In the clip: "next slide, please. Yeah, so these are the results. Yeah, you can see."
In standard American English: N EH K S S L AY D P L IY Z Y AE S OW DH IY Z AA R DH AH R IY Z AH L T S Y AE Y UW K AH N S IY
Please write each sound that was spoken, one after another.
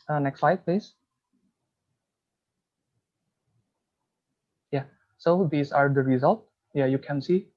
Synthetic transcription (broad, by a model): N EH K S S L AY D P L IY S Y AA S OW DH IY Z AA R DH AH R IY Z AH L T Y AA Y UW K AH N S IY